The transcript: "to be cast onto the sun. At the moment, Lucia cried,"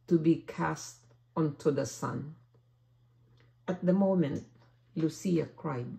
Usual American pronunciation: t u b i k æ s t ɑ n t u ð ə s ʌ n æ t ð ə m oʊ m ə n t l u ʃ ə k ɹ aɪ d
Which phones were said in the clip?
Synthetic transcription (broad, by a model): t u b i k æ s t ɑ n t u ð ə s ʌ n æ t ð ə m oʊ m ə n t l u s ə k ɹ aɪ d